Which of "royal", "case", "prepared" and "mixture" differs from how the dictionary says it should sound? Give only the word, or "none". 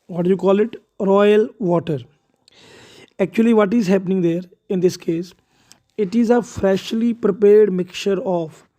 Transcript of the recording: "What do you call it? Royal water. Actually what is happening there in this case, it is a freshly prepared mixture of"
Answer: mixture